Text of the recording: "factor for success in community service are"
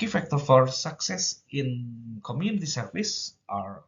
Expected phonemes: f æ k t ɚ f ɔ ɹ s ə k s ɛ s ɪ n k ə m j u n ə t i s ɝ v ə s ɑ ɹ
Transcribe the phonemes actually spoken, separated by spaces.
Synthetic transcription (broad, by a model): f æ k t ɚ f ɔ ɹ s ə k s ɛ s ɪ n k ə m j u n ə t i s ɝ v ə s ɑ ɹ